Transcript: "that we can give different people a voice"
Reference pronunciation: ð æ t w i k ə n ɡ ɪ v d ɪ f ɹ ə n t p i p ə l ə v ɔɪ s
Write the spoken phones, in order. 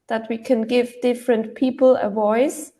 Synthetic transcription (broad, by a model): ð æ t w i k ə n ɡ ɪ v d ɪ f ɹ ə n t p i p ə l ə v ɔɪ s